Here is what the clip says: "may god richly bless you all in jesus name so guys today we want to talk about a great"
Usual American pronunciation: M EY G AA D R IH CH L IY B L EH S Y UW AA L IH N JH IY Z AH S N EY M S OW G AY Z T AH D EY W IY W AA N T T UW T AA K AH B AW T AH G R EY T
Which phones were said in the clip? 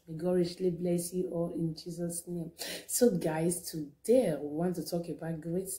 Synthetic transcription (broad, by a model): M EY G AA R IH SH L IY B L EH S Y UW AA L IH N JH IY Z AH S N EY M S OW G AY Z T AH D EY W IY W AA N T T UW T AA K AH B AW T G R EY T